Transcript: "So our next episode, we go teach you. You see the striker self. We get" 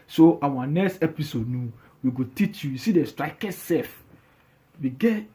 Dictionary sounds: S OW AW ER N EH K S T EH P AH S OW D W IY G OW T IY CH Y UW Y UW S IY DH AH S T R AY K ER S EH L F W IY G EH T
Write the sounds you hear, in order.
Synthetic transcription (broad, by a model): S OW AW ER N EH K S T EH P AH S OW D W IY G OW T IY CH Y UW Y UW S IY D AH S T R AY K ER S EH F W IY G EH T